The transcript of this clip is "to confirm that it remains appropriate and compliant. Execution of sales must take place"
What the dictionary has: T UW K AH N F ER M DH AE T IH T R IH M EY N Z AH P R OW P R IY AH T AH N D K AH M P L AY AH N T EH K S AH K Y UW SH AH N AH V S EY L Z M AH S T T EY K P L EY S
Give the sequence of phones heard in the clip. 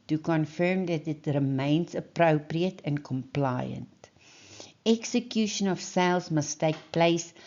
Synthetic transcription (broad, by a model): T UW K AH N F ER M DH AE T IH T R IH M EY N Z AH P R OW P R IY AH T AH N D K AH M P L AY AH N T EH K S AH K Y UW SH AH N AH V S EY L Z M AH S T T EY K P L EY S